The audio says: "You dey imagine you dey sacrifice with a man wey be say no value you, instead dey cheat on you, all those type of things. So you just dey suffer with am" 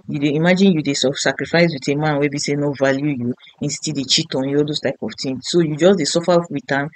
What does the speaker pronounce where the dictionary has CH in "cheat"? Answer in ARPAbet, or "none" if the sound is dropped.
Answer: CH